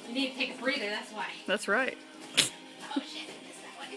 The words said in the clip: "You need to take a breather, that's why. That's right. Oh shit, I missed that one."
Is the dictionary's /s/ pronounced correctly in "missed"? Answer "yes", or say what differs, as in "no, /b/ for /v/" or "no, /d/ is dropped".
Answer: no, /s/ is dropped